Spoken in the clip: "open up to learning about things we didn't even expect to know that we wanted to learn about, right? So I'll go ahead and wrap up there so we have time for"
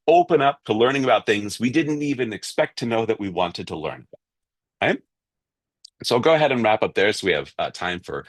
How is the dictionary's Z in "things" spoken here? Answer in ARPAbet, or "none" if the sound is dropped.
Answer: Z